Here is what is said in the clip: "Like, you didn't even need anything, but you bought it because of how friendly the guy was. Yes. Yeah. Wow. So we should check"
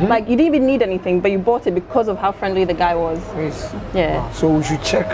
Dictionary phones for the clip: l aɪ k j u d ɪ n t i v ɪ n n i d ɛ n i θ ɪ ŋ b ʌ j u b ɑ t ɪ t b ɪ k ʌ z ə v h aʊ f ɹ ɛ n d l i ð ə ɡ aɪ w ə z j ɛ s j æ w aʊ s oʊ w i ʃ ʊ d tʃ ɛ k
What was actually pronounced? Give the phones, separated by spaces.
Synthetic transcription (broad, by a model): l aɪ k j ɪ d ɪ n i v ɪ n n i d ɛ n i θ ɪ ŋ b ʌ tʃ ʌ b ɑ t ɪ t b ɪ k ʌ z ə v h aʊ f ɹ ɛ n d l i ð ə ɡ aɪ w ə z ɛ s j æ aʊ s oʊ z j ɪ tʃ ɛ k